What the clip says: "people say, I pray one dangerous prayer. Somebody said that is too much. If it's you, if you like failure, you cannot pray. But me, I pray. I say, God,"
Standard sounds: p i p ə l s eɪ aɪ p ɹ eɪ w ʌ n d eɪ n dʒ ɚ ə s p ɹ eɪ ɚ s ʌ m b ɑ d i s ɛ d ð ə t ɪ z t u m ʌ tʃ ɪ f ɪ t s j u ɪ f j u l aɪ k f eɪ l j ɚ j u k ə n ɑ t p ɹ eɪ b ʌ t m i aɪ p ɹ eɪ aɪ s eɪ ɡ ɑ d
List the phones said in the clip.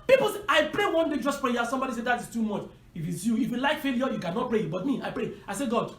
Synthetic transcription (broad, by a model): p i p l s eɪ aɪ p ɹ eɪ w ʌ n d eɪ dʒ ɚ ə s p ɹ eɪ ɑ s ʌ m b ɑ d i s ɛ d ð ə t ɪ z t u m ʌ tʃ ɪ f ɪ t s j u ɪ f j u l aɪ k f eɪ l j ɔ j u k ə n ɑ t p ɹ eɪ b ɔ t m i aɪ p ɹ eɪ aɪ s eɪ ɡ ɑ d